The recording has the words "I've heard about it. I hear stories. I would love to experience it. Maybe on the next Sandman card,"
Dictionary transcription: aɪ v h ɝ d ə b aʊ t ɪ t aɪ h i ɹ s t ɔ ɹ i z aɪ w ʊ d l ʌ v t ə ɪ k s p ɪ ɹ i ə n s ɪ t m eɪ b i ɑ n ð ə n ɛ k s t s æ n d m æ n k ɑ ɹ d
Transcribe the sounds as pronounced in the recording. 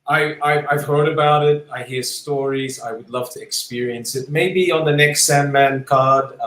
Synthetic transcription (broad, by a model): aɪ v h ɝ d ə b aʊ t ɪ t aɪ h i ɹ s t ɔ ɹ i z aɪ w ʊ d l ʌ v t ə ɪ k s p ɪ ɹ i ə n s ɪ t m eɪ b i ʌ n ð ə n ɛ k s t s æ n m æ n k ɑ ɹ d